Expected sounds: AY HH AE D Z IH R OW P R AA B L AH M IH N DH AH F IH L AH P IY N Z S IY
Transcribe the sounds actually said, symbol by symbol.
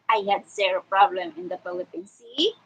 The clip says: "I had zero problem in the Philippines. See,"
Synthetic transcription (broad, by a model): AY HH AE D S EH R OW P R AA B L AH M IH N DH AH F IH L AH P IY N S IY